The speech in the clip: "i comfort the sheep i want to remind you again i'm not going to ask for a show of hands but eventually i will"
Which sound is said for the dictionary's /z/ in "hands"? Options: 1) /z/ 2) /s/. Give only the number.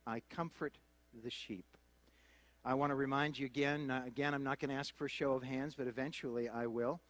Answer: 1